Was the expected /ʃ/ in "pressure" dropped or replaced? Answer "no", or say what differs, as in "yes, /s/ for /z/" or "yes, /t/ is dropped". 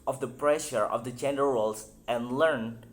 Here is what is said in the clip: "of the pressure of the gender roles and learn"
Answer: no